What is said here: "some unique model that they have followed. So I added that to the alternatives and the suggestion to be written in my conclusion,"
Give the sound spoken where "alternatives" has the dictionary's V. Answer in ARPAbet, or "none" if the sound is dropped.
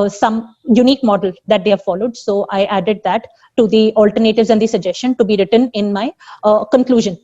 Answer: V